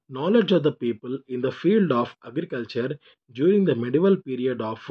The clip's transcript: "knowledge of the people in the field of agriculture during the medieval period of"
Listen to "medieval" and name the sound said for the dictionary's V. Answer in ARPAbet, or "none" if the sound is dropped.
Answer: V